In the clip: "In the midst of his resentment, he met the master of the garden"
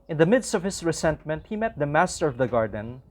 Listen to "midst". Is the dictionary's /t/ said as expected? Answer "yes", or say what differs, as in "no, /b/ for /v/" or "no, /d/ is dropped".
yes